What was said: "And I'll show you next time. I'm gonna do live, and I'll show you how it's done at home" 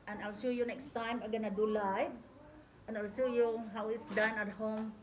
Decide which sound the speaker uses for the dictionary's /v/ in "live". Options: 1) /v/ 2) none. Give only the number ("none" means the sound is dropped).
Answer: 2